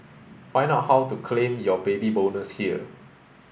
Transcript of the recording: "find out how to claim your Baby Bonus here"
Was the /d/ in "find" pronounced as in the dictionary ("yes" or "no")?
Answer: no